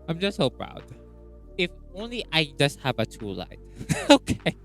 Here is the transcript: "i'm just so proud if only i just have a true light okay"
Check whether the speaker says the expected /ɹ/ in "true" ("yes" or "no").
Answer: no